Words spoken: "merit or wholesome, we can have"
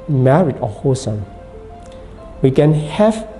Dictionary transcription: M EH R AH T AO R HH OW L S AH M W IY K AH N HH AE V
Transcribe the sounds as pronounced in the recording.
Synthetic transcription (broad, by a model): M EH R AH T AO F HH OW S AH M W IY K AH N HH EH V